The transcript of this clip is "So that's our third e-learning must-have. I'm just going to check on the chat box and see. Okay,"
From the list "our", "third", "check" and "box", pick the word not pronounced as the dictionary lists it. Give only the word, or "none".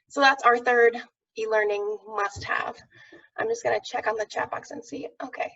none